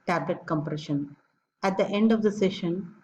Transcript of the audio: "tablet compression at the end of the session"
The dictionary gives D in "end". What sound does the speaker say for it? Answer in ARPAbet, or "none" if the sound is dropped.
D